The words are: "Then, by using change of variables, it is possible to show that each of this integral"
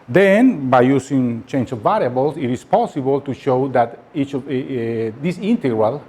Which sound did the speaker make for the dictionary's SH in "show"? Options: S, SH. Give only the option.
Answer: SH